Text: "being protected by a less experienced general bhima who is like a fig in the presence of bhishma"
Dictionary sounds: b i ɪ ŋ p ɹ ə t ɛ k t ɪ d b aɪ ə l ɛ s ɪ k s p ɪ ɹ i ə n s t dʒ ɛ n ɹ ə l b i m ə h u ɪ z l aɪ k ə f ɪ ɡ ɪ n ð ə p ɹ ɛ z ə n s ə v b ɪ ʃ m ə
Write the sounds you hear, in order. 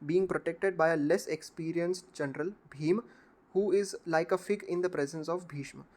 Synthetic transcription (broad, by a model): b i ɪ ŋ p ɹ ə t ɛ k t ɪ d b aɪ ə l ɛ s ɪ k s p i ɹ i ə n s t dʒ ɛ n ɹ ə l b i m h u ɪ z l aɪ k ə f ɪ ɡ ɪ n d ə p ɹ ɛ z ə n s ə v b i ʃ m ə